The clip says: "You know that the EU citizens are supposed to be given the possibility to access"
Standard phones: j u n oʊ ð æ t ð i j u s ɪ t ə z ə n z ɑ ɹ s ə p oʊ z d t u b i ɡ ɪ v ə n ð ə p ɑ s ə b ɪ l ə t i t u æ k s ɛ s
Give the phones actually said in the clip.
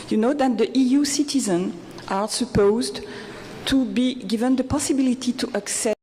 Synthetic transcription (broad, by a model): j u n oʊ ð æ t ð i j u s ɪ t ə z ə n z ɑ ɹ s ə p oʊ z d t u b i ɡ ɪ v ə n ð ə p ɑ s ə b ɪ l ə t i t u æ k s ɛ